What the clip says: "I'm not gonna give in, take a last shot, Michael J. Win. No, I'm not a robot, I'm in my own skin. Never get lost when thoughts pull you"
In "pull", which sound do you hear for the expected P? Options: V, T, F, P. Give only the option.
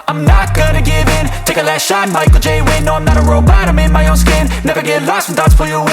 F